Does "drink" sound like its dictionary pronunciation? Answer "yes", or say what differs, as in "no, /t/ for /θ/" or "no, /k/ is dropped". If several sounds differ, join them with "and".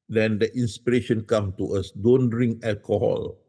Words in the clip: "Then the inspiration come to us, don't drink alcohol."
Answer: no, /k/ is dropped